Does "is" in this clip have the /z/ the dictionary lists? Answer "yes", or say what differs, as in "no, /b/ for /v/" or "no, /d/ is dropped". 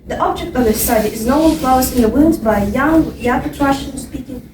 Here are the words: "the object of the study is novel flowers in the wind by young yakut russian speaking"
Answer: yes